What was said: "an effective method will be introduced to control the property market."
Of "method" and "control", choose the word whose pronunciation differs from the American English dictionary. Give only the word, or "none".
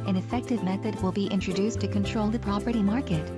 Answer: none